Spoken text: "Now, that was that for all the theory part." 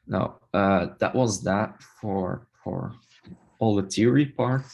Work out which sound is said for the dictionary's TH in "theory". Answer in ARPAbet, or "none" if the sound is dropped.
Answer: T